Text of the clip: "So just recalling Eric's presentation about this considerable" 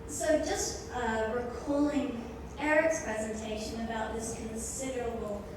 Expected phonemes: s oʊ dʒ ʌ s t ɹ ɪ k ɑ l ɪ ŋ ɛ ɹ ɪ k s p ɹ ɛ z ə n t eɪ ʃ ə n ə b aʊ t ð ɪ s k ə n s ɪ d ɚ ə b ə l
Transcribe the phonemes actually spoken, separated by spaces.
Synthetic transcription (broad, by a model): s oʊ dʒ ʌ s t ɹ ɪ k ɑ l ɪ ŋ ɛ ɹ ɪ k s p ɹ ɛ z ə n t eɪ ʃ ə n ə b aʊ t ð ɪ s k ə n s ɪ d ɚ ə b l